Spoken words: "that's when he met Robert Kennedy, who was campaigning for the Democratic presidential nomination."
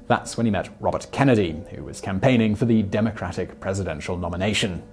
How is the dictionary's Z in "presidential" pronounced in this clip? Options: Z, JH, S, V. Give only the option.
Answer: Z